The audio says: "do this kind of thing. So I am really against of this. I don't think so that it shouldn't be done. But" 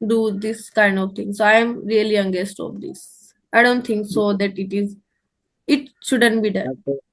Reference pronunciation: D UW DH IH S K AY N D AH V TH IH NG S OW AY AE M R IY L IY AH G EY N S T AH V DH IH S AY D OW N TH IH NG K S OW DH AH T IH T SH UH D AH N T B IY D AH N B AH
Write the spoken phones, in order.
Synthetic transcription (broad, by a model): D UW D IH S K AY N D AH V T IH NG S OW AY M R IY L IY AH G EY S T AH V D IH S AY D OW N T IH NG K S OW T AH T IH T SH UH D AH N T B IY D AH N